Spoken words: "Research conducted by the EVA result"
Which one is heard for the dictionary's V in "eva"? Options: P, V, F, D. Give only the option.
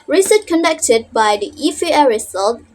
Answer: F